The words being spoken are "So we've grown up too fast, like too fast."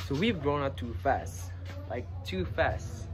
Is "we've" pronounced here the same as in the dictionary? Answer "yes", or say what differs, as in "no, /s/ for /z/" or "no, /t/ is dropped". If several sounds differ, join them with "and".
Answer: yes